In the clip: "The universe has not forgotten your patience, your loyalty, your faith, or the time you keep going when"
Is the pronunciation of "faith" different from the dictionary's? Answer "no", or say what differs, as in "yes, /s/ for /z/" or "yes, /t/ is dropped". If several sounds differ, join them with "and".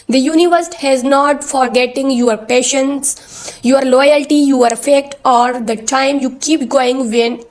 yes, /t/ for /θ/